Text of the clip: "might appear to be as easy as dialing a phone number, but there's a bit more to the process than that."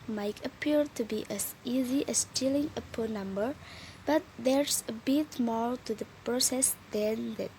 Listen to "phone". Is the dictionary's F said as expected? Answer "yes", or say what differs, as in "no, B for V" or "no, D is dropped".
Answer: no, P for F